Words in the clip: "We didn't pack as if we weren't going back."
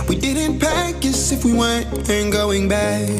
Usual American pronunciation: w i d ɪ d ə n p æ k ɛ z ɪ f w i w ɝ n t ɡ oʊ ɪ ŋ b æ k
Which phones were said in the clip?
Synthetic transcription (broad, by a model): w i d ɪ d n p æ k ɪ s ɪ f w i w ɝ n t ɡ oʊ ɪ ŋ b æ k